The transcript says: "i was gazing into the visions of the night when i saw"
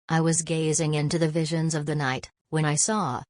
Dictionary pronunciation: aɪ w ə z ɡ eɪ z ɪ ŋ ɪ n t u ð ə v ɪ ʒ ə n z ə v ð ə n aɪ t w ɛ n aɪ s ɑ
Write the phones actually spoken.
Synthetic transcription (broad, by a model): aɪ w ə z ɡ eɪ z ɪ ŋ ɪ n t u ð ə v ɪ ʒ ə n z ə v ð ə n aɪ t w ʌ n aɪ s ɑ